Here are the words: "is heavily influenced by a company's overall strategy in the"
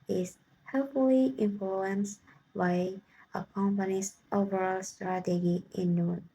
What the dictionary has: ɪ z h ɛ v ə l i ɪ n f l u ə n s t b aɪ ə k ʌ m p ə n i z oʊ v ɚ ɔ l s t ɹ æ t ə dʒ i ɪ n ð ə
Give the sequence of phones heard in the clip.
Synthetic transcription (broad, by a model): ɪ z h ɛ f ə l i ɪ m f l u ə n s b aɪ ə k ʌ m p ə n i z oʊ v ɚ ɔ l s t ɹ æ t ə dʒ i ɪ n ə